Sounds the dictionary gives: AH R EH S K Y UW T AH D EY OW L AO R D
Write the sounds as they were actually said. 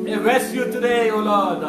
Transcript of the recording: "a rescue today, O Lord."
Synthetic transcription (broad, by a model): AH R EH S Y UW T AH D EY OW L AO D